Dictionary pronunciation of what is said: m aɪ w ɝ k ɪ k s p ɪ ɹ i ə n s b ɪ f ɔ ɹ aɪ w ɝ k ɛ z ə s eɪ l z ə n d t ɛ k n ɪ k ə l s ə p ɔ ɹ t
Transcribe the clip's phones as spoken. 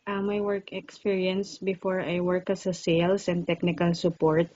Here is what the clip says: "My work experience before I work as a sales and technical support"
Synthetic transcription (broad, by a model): m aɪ w ɝ k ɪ k s p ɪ ɹ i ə n s b ɪ f ɔ ɹ aɪ w ɝ k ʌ s ə s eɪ l s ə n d t ɛ k n ɪ k ə l s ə p ɔ ɹ t